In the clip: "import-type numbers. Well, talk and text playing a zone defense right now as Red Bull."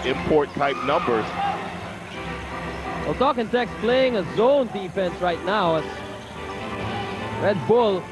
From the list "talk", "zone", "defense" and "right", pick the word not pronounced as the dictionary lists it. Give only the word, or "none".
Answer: none